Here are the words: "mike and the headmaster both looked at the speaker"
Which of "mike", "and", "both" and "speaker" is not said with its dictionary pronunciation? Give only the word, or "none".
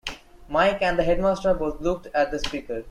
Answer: both